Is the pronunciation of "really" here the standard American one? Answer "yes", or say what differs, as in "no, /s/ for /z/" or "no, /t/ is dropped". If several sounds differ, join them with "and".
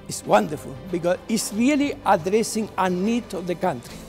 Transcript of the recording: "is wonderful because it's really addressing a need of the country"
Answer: yes